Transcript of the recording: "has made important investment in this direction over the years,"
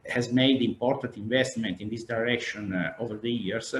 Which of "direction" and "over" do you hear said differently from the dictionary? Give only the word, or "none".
none